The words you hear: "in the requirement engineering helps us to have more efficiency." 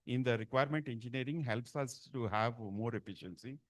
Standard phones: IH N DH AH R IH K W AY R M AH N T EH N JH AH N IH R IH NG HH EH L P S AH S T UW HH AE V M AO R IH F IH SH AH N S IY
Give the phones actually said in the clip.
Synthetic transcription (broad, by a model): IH N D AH R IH K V AY R M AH N T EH N JH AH N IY R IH NG HH EH L P S AH S T UW HH AE V M AO R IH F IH SH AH N S IY